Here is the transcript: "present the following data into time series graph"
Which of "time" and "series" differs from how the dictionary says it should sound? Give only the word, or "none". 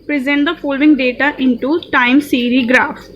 series